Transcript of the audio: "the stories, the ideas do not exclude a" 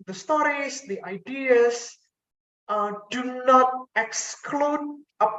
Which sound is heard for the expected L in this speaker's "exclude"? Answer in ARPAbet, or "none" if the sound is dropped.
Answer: L